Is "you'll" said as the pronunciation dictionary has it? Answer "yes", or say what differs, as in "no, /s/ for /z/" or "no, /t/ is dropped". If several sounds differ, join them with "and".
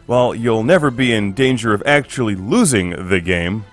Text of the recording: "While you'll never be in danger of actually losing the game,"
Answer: yes